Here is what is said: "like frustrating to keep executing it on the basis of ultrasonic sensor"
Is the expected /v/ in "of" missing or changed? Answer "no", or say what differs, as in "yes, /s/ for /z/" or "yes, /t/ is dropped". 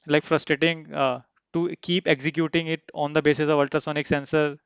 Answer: no